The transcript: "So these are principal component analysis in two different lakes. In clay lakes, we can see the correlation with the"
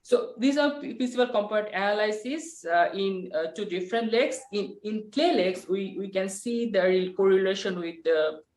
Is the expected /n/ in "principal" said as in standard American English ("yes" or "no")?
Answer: no